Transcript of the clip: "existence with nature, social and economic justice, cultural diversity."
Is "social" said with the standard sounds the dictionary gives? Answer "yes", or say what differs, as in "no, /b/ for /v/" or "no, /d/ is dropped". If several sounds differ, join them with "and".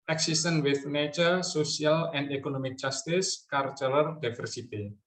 no, /s/ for /ʃ/